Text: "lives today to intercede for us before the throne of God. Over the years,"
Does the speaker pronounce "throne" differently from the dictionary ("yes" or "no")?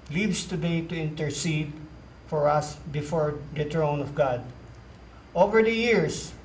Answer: yes